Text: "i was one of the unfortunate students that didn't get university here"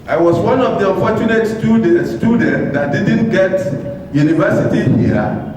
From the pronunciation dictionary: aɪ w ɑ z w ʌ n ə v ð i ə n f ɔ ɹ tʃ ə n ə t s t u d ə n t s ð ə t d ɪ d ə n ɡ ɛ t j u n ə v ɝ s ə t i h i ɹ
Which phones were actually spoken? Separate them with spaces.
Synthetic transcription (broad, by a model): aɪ w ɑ s w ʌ n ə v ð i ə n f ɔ tʃ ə n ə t s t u d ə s t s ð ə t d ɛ d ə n ɡ ɛ t j u n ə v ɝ s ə t i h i